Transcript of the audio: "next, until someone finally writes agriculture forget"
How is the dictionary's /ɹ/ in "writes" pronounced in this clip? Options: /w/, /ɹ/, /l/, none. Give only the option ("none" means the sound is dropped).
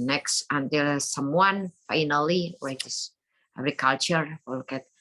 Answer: /w/